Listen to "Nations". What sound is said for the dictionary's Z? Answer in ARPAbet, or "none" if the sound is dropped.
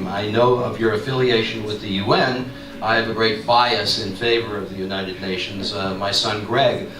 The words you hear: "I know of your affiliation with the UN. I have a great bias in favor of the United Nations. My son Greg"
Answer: Z